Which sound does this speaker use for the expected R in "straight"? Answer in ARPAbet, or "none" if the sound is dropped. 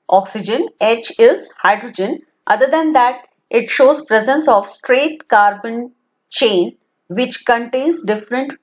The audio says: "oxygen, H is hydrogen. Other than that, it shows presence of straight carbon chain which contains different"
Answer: R